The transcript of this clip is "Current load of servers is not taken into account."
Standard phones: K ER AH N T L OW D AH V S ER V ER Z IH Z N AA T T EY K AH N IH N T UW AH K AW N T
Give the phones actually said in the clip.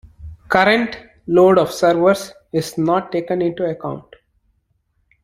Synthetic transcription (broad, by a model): K ER AH N T L OW D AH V S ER V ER S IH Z N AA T T EY K AH N IH N T UW AH K AW N T